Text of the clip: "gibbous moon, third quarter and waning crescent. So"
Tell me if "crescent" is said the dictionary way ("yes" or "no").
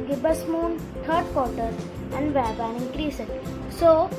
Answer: no